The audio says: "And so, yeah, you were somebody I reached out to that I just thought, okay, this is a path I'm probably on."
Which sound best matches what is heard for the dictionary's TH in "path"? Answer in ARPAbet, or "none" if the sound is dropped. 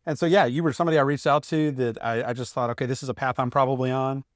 TH